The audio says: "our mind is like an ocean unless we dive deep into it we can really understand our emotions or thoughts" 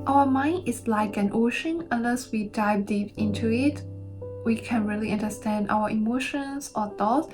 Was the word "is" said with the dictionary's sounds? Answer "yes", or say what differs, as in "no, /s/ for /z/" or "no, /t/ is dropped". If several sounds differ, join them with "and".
no, /s/ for /z/